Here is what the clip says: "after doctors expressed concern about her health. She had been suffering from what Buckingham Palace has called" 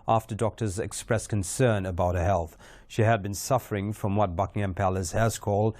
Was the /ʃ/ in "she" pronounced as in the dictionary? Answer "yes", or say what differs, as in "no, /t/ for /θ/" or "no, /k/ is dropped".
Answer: yes